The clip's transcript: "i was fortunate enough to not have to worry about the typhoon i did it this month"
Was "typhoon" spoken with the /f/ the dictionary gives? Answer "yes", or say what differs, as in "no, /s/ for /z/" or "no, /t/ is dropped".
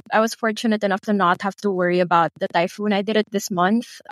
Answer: yes